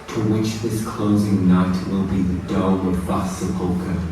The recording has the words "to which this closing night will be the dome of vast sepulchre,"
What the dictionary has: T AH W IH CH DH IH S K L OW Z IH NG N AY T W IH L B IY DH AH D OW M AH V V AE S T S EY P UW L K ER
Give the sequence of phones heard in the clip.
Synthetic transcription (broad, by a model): T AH W IH CH DH IH S K L OW Z IH NG N AY T W IH L B IY DH AH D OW AH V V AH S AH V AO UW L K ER